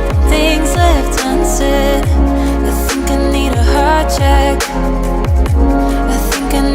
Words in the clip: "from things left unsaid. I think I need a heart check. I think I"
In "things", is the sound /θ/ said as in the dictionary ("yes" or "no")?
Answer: yes